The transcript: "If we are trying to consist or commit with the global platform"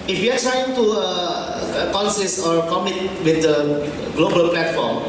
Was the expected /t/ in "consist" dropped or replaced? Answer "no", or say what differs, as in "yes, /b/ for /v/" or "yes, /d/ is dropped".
yes, /t/ is dropped